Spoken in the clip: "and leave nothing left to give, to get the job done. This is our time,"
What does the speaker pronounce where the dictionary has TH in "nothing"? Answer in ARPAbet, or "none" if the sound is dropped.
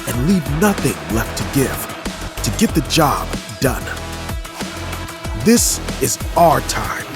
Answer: TH